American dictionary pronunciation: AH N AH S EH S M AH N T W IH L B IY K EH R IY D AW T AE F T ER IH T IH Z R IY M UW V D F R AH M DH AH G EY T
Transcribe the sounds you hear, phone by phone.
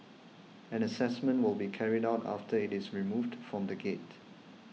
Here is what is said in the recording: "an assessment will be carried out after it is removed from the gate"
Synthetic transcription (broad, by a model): AH N AH S EH S M AH N T W IH L B IY K EH R IY D AW T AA F T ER IH T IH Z R IY M UW V D F R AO M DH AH G EY T